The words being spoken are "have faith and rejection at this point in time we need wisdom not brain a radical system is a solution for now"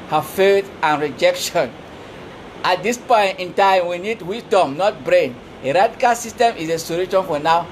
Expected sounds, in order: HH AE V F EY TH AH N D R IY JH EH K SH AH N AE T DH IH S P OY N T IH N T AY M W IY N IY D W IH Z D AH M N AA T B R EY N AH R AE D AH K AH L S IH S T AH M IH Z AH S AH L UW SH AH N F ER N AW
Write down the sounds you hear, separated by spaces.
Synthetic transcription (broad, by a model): HH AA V F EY T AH N R IY JH EH K SH AH N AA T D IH S P OY N T IH N T AY M W IY N IY D W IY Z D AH M N AA T B R EY N AH R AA D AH K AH L S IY S T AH M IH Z AH S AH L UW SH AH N F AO N AW